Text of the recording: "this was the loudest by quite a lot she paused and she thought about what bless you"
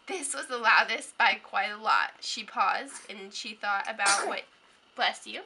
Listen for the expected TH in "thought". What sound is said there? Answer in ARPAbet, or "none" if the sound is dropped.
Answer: TH